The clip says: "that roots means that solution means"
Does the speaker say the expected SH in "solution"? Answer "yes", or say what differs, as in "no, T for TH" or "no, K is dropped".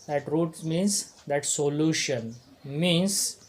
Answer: yes